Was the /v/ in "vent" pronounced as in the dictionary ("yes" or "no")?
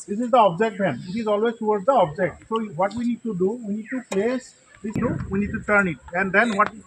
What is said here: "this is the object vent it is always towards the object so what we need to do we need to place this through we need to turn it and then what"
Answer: no